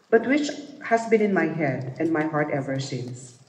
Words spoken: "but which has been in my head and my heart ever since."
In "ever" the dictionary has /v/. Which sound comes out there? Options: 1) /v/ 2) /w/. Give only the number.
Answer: 1